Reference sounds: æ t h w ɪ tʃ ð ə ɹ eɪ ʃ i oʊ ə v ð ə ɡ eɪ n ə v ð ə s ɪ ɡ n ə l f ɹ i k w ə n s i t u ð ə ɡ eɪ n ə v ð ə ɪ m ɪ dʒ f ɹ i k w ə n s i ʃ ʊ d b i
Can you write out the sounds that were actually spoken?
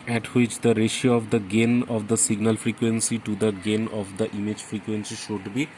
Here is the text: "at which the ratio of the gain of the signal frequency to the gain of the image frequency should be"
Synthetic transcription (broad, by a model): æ t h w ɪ tʃ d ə ɹ eɪ ʃ i oʊ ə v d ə ɡ eɪ n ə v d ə s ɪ ɡ n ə l f ɹ i k w ə n s i t u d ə ɡ eɪ n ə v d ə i m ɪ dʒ f ɹ i k w ə n s i ʃ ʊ d b i